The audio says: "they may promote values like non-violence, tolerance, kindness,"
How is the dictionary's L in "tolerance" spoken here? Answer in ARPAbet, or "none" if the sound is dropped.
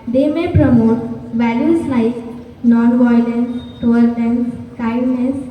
none